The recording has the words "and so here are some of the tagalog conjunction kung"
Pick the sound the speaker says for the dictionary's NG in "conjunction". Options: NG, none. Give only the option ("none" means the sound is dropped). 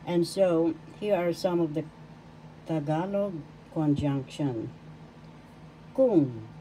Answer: NG